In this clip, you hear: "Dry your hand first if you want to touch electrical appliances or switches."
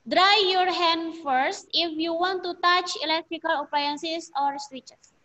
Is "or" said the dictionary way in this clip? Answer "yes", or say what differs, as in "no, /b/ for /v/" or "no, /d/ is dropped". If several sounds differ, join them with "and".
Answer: yes